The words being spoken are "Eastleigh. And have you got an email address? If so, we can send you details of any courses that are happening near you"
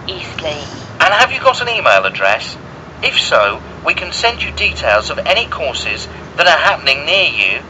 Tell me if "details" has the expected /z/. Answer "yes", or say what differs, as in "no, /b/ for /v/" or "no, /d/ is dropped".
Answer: yes